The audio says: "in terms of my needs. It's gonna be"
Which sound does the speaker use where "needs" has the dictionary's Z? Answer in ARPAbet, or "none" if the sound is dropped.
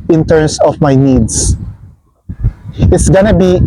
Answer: S